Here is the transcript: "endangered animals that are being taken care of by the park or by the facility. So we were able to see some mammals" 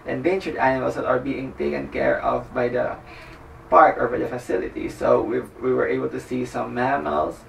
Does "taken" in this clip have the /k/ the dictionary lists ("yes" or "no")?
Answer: yes